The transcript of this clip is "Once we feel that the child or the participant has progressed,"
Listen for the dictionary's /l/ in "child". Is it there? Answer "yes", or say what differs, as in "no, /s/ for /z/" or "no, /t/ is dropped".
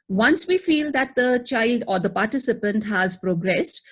yes